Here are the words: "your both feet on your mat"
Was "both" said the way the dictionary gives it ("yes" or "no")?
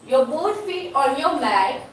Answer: no